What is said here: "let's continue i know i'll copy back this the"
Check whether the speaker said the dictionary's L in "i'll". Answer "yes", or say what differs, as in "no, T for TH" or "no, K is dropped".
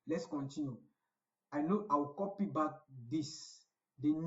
no, W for L